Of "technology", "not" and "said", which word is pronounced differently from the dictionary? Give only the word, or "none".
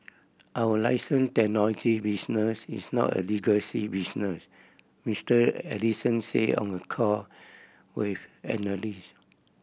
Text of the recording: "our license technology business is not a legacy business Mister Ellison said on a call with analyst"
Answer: said